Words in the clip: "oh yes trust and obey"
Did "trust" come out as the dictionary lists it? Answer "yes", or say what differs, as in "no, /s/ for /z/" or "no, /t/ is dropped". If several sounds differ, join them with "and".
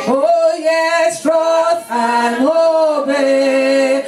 no, /s/ is dropped